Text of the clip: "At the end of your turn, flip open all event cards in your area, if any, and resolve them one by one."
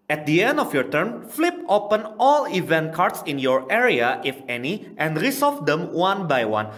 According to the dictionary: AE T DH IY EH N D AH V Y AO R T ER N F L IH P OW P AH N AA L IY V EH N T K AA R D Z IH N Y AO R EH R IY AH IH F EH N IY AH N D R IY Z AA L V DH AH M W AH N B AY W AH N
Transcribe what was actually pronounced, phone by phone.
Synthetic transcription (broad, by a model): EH T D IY EH N D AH F Y AO R T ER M F L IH P OW P AH N AA L IY V EH N T K AA R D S IH N Y AO R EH R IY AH IH F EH N IY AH N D R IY S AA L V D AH M W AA N B AY W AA N